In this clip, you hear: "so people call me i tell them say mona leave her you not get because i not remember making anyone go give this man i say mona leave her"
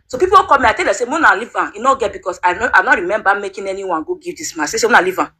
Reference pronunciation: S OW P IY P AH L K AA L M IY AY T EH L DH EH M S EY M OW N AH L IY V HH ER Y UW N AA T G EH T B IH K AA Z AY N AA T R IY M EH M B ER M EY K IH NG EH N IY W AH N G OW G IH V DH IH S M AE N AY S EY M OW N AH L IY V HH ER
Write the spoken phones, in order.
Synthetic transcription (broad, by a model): S OW P IY P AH W K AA M IY AY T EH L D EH S EY M OW N AH L IY V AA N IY N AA G EH T B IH K AA S AY N AA T R IY M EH M B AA M EY K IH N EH N IY W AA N G OW G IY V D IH S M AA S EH S EY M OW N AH L IY V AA